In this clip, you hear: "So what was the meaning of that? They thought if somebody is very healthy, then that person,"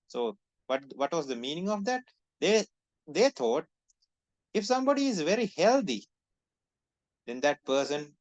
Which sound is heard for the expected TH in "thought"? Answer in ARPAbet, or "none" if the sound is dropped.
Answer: T